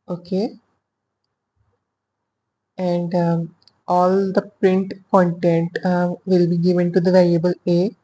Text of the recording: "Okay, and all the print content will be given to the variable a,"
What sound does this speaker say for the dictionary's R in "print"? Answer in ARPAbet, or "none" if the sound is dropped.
R